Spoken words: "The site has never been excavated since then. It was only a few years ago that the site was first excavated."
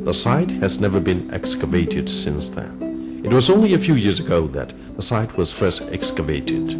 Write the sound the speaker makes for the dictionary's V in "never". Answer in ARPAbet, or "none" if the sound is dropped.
V